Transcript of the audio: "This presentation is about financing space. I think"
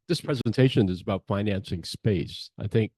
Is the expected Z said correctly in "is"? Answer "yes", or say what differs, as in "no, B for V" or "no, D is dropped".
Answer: yes